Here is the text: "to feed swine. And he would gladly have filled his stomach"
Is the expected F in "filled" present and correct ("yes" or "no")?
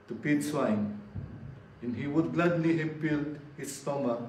no